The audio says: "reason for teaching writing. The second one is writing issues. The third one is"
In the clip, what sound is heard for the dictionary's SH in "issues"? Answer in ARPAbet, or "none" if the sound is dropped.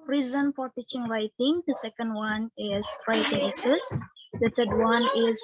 S